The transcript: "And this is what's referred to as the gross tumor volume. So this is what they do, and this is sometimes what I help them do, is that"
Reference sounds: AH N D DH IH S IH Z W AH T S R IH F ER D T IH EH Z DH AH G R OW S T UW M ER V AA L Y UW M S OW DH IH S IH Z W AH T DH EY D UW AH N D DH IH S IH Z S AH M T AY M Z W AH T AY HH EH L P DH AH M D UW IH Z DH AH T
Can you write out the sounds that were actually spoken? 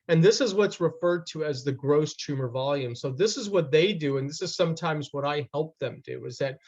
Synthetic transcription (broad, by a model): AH N DH IH S IH Z W AH T S R IH F ER D T IH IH Z DH AH G R OW S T UW M ER V AA L Y UW M S OW DH IH S IH Z W AH T DH EY D UW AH N DH IH S IH Z S AH M T AY M Z W AH T AY HH EH L P DH AH M D UW IH Z DH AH T